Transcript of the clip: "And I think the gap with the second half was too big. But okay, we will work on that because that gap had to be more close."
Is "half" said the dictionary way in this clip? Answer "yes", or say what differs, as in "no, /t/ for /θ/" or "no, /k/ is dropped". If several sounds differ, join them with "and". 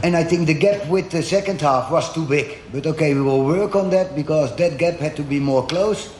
yes